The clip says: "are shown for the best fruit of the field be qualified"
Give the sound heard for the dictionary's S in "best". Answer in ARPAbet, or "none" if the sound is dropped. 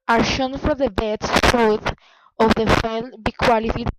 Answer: none